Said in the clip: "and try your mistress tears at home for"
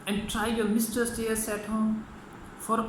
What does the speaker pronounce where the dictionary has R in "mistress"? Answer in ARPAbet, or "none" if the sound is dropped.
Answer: none